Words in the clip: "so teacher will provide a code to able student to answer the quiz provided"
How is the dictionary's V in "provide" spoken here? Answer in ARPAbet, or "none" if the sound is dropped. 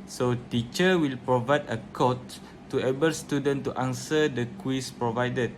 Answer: V